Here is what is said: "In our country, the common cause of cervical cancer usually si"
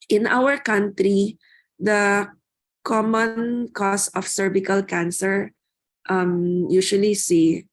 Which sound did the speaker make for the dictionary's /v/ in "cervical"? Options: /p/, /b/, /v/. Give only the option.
/b/